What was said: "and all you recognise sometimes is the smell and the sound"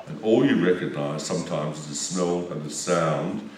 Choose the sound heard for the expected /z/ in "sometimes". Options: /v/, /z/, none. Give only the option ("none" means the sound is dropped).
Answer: /z/